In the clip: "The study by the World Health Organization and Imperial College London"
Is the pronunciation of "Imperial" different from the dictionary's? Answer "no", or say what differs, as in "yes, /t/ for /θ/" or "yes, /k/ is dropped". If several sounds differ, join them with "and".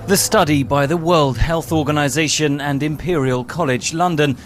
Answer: no